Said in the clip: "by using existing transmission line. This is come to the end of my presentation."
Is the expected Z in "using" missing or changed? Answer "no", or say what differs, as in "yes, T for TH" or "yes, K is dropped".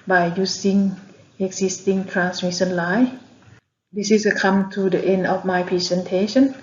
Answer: yes, S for Z